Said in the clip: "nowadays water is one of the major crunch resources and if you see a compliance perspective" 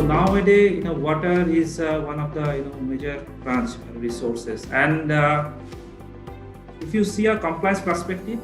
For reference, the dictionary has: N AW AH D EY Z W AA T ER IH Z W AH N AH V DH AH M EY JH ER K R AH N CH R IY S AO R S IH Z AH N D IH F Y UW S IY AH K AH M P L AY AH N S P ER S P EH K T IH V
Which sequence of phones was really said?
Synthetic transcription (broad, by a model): N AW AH D EY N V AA T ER IH Z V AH N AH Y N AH M EY JH ER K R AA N S R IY S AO R S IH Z AH N D IH F Y UW S IY AH K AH M P L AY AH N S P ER S P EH K T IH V